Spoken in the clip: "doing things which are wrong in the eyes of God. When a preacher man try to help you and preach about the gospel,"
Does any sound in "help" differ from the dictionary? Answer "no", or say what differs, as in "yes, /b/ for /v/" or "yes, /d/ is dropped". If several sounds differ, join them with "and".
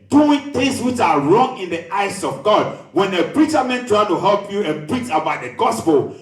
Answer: no